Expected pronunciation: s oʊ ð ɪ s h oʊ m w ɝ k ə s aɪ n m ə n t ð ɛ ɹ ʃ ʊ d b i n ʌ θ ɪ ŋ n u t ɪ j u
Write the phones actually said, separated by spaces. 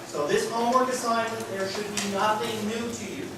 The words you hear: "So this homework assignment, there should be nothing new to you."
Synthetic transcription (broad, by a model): s oʊ ð ɪ s h oʊ m w ɝ k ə s aɪ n ə t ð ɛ ɹ ʃ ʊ d b i n ʌ θ ɪ ŋ n u t ɪ j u